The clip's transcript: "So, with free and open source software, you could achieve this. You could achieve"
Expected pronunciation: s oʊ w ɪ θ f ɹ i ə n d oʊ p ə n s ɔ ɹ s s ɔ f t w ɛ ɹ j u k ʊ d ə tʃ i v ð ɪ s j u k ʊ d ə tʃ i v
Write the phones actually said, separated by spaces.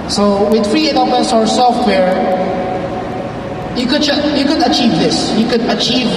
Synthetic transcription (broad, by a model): s oʊ w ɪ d f ɹ i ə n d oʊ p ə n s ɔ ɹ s s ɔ f t w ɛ ɹ j u k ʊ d ə tʃ i v ð ɪ s j u k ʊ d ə tʃ i v